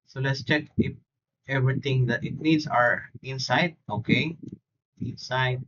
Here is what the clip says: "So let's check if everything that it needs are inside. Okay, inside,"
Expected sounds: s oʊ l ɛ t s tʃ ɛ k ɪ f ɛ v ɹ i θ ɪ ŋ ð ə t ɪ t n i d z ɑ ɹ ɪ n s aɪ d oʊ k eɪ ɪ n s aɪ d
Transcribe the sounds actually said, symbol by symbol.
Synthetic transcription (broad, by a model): s oʊ l ɛ t s tʃ ɛ k ɪ f ɛ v ɹ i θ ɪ ŋ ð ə t ɪ t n i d s ɑ ɹ ɪ n s aɪ d oʊ k eɪ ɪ n s aɪ d